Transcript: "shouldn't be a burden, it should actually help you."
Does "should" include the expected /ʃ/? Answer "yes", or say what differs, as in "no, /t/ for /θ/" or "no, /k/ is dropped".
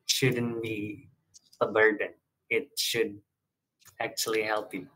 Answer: yes